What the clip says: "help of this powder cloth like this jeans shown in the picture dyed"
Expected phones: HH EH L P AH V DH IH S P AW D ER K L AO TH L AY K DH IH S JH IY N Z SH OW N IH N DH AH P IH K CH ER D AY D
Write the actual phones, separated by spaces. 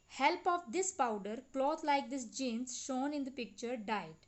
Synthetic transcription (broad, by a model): HH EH L P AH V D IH S P AW D ER K L AO T L AY K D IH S JH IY N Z SH OW N IH N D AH P IH K CH ER D AY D